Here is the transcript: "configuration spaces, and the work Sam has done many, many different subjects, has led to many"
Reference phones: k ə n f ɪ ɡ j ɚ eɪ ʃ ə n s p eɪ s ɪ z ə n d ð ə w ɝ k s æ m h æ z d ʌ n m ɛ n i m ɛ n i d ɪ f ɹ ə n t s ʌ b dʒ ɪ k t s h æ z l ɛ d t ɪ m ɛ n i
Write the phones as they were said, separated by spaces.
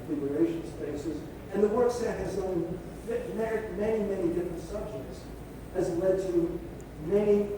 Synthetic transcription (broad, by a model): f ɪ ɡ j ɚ eɪ ʃ n s p eɪ s ɪ z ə n ð ə w ɝ k s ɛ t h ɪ z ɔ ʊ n m ɛ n i m ɛ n i d ɪ f ɹ ə n t s ʌ b dʒ ɪ k t s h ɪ z l ɛ d t ɪ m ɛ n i